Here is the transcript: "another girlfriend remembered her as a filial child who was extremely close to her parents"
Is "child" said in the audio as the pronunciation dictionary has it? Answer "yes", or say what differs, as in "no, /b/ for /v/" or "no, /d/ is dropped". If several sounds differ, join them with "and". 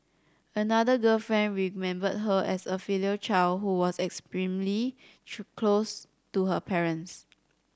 yes